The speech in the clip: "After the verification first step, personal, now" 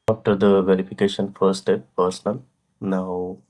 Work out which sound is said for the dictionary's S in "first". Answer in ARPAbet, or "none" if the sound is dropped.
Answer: none